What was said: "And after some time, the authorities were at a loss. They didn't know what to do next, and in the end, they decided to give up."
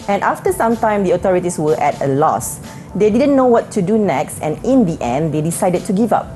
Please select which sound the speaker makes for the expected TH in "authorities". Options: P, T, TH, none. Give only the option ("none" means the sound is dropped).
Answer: T